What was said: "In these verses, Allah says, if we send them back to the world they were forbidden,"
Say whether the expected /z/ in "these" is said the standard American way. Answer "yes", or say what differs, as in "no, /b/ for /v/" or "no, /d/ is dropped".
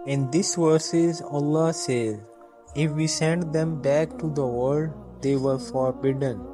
no, /s/ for /z/